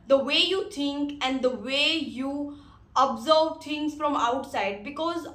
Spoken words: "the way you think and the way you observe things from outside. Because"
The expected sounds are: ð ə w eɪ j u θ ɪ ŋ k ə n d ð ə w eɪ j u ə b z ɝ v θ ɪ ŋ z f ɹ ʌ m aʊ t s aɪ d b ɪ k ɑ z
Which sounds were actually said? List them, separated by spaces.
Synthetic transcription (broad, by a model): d ə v eɪ j u t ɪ ŋ k ə n d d ə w eɪ j u ə b z ɝ v t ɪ ŋ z f ɹ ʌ m aʊ t s aɪ d b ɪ k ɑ z